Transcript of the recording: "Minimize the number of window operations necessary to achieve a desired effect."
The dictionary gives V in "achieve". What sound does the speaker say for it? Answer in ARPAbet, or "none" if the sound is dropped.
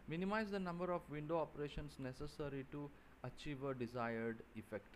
V